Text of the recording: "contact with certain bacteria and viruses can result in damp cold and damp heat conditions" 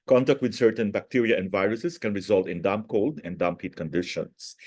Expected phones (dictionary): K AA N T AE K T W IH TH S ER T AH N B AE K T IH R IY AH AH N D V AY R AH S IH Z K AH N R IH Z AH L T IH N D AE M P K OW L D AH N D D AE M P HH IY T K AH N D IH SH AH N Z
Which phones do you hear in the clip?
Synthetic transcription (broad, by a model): K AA N T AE K T W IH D S ER T AH N B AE K T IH R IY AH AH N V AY R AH S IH S K AH N R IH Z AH L T IH N D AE M P K OW L D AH N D D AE M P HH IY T K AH N D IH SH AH N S